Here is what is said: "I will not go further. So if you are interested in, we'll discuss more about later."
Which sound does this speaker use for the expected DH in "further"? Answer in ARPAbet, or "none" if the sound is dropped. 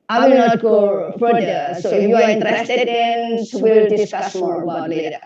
none